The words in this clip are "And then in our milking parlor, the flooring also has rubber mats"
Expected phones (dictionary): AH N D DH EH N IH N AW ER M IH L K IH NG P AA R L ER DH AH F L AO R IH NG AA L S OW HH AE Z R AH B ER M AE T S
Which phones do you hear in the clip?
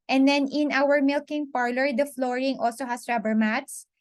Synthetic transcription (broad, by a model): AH N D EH N IH N AW ER M IH L K IH NG P AA R L ER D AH F L AO R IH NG AA L S OW HH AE S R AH B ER M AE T S